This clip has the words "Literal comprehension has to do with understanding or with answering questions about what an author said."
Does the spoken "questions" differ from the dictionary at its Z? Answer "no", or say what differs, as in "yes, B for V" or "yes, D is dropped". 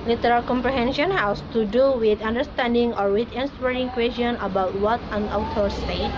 yes, Z is dropped